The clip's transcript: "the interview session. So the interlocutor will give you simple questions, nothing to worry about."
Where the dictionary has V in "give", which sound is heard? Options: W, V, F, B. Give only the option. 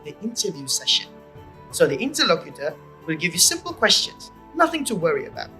V